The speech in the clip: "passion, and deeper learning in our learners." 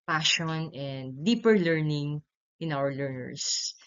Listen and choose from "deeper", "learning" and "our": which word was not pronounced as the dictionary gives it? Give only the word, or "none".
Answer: none